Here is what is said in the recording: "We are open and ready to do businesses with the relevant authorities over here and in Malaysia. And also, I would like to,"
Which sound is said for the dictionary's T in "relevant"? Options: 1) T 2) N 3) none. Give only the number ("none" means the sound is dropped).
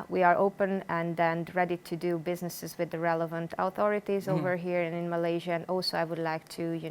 1